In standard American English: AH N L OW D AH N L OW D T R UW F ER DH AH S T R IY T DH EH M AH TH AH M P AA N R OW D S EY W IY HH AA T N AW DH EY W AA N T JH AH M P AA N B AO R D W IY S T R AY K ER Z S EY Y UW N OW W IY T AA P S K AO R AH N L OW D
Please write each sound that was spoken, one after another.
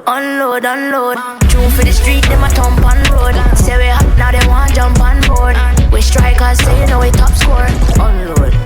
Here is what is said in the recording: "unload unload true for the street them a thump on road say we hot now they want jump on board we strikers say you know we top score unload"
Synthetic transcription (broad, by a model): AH N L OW D AH N L OW D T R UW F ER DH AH S T R IY T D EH M AH T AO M P AA N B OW D S EY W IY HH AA N AW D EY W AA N JH AH M P AA N B AO R D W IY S T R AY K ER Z S EY Y UW N OW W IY T AA P S K AO R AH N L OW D